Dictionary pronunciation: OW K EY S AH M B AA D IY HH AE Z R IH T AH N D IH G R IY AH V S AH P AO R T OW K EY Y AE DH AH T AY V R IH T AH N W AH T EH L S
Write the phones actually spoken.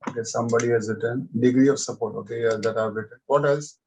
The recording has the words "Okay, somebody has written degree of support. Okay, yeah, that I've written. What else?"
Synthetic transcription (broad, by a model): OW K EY S AH M B AA D IY HH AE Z R IH T AH N D IH G R IY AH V S AH P AO R T OW K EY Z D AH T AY P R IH T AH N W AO T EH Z